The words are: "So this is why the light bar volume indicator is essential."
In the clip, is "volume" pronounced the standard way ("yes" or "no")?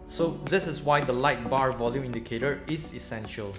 yes